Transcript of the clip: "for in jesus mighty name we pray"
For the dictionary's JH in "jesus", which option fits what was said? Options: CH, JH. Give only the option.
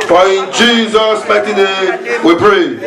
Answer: JH